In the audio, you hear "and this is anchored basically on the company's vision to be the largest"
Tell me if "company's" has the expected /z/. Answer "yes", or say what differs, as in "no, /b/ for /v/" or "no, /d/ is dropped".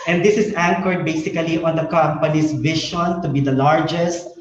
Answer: no, /s/ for /z/